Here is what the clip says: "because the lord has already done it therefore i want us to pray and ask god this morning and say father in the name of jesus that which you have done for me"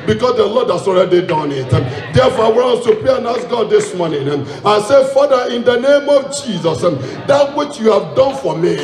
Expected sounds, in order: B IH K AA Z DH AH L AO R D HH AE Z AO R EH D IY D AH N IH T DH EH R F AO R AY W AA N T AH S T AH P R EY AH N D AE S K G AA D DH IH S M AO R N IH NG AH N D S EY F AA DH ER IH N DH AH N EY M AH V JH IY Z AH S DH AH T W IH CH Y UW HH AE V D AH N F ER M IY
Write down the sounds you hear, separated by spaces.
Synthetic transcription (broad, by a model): B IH K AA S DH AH L AO D HH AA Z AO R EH D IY D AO N IH T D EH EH F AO AY W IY T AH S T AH P R EY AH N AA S G AA D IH S M AO N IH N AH S EY F AA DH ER IH N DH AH N EY M AH V JH IY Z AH S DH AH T W IH CH Y UW HH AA V D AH N F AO M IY